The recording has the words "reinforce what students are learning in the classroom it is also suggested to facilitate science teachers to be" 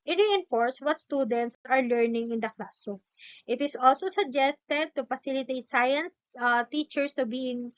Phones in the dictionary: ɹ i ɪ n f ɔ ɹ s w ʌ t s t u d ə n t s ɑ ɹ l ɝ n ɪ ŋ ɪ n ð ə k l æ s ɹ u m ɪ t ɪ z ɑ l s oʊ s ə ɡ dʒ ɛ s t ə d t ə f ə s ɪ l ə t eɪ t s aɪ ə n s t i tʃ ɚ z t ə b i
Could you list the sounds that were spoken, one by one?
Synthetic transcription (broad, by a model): ɹ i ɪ n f ɔ ɹ s w ʌ t s t u d ə n t s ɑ ɹ l ɝ n ɪ ŋ ɪ n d ə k l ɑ s ɔ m ɪ t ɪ s ɑ l s oʊ s ə ɡ dʒ ɛ s t ə d t ə f ə s ɪ l ə t eɪ t s aɪ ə n s t i tʃ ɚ s t ə b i